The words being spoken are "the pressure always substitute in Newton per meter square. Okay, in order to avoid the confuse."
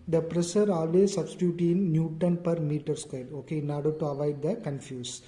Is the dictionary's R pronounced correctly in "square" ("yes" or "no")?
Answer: no